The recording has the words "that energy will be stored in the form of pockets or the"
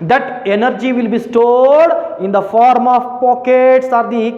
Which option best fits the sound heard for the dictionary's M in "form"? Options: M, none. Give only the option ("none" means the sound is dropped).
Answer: M